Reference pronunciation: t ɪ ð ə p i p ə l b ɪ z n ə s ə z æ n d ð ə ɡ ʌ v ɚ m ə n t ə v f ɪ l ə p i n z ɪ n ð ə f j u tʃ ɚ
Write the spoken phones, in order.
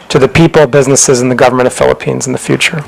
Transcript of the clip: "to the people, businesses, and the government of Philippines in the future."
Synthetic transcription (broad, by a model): t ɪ ð ə p i p l b ɪ z n ə s ə z n ð ə ɡ ʌ v ɚ m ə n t ə v f ɪ l ə p i n z n ð ə f j u tʃ ɚ